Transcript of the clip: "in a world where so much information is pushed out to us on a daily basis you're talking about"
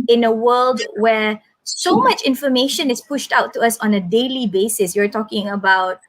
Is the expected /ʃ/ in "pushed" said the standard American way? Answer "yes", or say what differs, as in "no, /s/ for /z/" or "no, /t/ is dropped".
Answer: yes